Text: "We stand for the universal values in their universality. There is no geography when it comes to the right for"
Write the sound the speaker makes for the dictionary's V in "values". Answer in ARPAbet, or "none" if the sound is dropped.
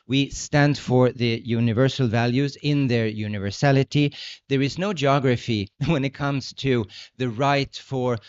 V